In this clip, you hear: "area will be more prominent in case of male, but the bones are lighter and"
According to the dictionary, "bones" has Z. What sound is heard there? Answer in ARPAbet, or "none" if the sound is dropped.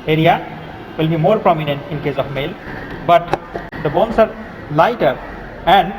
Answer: S